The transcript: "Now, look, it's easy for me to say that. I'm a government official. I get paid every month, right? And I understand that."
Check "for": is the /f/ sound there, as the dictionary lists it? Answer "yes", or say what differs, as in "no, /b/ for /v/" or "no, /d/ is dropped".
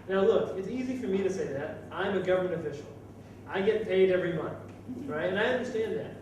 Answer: yes